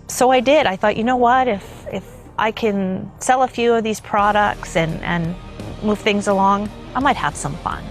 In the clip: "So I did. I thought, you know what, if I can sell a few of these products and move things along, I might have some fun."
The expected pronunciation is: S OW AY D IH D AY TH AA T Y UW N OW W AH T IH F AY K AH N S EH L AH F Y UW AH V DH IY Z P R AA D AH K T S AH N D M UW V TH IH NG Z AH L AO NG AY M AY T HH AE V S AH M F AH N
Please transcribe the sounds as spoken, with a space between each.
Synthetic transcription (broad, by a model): S OW AY D IH D AY TH AA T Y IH N OW W AH T IH F AY K AH N S EH L AH F Y UW AH V DH IY Z P R AA D AH K T S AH N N M UW V TH IH NG Z AH L AO NG AY M AY T HH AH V S AH M F AH N